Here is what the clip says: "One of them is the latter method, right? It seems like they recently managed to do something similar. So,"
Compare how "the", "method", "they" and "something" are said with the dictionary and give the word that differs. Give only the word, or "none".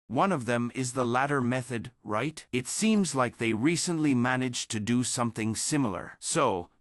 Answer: none